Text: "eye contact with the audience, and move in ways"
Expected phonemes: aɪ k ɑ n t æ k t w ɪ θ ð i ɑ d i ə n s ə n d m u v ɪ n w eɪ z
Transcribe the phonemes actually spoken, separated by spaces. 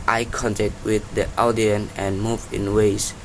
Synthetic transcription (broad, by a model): aɪ k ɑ n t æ k t w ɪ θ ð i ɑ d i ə n ə n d m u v ɪ n w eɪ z